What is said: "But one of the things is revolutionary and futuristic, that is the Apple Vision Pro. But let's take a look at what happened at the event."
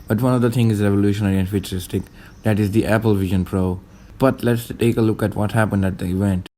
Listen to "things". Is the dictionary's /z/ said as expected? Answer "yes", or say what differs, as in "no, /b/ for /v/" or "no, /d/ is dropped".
no, /z/ is dropped